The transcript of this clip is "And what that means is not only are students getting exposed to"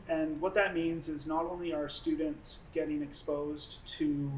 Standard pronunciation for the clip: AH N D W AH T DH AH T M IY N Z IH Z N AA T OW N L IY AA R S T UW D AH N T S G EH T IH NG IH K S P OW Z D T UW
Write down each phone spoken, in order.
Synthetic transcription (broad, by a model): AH N W AH T DH AH T M IY N Z IH Z N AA T OW N L IY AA R S T UW D N T S G EH T IH NG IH K S P OW Z T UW